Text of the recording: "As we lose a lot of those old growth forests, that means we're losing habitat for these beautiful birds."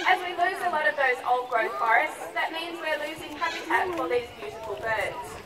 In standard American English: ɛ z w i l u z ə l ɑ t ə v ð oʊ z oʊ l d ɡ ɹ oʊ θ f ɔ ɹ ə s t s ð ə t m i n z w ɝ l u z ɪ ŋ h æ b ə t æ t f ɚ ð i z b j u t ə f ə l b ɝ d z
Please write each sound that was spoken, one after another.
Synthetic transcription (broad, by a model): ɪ z w i l u z ə l ɑ t ə v ð oʊ z oʊ l d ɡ ɹ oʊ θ f ɔ ɹ ə s t s ð ə t m i n z w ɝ l u z ɪ ŋ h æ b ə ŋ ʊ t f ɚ ð i z b j u t ə f ə l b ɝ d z